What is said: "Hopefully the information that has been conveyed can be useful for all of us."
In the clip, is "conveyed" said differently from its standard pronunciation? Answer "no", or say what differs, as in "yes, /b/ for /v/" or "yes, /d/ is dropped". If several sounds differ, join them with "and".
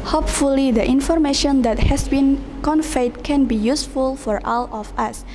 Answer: yes, /f/ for /v/